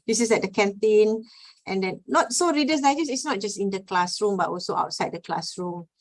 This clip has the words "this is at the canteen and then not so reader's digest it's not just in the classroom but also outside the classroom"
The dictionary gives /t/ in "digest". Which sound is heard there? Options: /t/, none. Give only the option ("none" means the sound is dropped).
none